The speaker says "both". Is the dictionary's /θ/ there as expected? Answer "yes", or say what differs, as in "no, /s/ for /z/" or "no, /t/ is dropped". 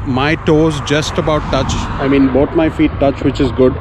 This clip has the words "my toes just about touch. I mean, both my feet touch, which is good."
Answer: no, /t/ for /θ/